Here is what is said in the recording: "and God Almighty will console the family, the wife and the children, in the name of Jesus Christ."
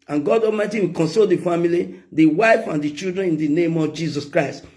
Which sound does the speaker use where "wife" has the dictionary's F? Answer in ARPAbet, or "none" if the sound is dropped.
F